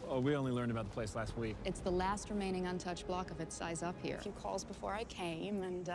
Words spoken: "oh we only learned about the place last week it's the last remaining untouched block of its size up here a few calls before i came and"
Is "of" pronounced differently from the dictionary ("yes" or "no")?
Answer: no